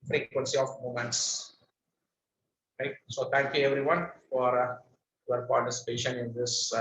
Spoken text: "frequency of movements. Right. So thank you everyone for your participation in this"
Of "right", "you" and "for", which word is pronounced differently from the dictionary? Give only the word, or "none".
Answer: none